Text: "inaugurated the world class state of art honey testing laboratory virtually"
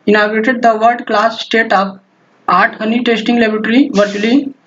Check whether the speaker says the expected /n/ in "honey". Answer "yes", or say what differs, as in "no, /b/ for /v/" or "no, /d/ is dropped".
yes